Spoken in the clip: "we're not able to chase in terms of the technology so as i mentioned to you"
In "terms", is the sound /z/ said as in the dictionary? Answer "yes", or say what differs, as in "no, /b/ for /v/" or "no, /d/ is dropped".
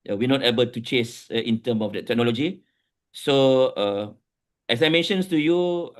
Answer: no, /z/ is dropped